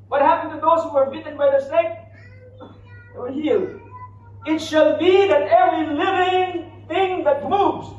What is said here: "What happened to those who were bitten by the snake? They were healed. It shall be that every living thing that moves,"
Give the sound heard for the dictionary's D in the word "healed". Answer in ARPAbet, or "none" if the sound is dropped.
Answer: none